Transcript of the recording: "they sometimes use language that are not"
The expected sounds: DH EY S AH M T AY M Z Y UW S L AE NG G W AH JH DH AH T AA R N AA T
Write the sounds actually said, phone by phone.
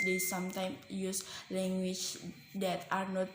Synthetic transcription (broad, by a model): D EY S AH M T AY M Y UW S L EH NG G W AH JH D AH T AA R N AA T